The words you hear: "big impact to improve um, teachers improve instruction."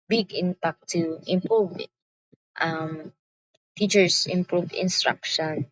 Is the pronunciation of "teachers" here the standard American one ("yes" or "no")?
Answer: no